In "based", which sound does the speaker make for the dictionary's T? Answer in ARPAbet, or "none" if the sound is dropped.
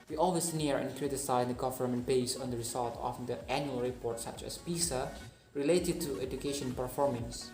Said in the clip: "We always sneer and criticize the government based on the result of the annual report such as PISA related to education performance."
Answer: none